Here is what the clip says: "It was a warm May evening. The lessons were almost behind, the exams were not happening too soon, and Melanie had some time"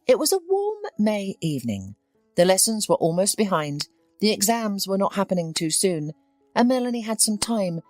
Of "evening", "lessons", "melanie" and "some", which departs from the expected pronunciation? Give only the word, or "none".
none